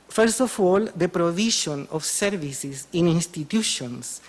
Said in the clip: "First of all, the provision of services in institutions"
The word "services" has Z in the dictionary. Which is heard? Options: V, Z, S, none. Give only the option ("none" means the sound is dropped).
S